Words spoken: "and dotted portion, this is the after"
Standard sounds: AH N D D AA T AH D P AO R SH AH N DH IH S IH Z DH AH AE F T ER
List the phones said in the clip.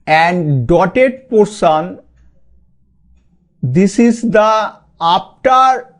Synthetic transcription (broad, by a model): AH N D D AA T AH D P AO R S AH N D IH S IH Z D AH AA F T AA